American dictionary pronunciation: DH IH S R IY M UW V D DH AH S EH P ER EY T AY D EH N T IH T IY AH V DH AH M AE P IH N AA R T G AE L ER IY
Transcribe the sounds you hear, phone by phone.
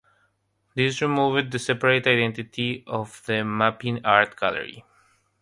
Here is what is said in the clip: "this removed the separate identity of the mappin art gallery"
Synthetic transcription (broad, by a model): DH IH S R IY M UW V D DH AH S EH P ER EY T AY D EH N T IH T IY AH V DH AH M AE P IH N AA R T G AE L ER IY